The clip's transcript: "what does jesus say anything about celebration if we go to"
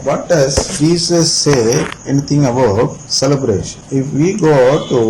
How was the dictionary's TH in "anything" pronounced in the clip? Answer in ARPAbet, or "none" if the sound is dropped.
T